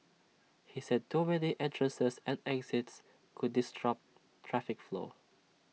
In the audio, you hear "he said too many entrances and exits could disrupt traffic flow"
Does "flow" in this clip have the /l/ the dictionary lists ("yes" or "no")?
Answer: yes